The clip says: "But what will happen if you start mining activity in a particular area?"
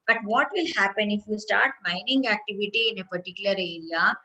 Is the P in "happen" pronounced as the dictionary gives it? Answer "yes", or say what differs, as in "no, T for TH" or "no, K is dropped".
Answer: yes